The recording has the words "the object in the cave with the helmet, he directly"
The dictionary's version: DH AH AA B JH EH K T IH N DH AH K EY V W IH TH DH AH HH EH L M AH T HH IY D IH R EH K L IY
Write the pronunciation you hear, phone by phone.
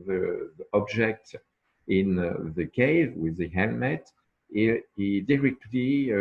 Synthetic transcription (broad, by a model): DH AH AA B JH EH K T IH N DH AH K EY V W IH DH AH HH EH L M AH T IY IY D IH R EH K L IY